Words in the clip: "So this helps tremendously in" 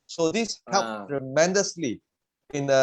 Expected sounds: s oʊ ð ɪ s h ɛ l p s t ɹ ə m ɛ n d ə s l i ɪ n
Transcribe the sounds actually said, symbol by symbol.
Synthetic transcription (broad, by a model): s oʊ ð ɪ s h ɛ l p t ɹ ə m ɛ n d ə s l i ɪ n